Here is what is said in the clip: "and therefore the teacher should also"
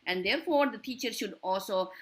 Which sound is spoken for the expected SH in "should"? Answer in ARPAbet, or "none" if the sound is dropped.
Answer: SH